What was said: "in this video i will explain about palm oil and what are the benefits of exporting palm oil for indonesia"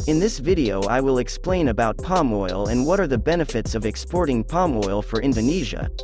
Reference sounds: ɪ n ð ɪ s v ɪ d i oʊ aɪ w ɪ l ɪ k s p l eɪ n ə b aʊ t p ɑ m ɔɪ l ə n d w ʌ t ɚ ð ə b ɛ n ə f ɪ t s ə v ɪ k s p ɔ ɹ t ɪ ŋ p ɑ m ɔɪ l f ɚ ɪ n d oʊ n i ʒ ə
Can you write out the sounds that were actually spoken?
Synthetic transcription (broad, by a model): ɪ n ð ɪ s v ɪ d i oʊ aɪ w ɪ l ɪ k s p l eɪ n ə b aʊ t p ɑ m ɔɪ l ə n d w ʌ t ɚ ð ə b ɛ n ə f ɪ t s ə v ɪ k s p ɔ ɹ t ɪ ŋ p ɑ m ɔɪ l f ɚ ɪ n d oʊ n i ʒ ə